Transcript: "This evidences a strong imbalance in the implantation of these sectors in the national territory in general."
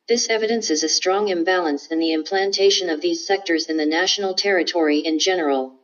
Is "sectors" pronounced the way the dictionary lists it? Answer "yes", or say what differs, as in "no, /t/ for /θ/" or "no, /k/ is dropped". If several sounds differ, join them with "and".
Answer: yes